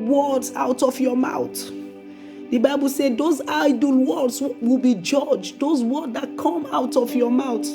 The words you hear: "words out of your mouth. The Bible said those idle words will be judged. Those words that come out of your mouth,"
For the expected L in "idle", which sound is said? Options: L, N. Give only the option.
L